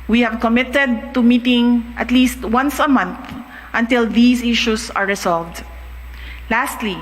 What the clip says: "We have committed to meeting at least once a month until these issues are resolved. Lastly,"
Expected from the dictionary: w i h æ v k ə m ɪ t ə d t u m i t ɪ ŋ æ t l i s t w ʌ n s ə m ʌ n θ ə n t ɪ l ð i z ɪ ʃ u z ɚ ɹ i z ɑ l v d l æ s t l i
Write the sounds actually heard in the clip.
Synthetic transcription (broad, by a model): w i h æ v k ə m ɪ t ə d t u m i t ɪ ŋ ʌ t l i s t w ʌ n s ə m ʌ n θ ə n t ɪ l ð i s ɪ ʃ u s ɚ ɹ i s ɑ l v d l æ s t l i